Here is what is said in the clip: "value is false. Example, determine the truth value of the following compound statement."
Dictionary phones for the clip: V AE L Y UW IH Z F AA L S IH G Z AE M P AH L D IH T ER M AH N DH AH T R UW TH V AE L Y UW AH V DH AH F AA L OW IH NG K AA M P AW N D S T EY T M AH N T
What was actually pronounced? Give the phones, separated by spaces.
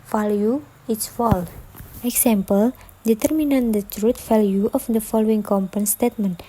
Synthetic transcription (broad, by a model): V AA L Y UW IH S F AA L IH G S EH M P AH L D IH T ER M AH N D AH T R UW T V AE L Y UW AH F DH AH F AA L OW IH NG K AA M P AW N S T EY T M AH N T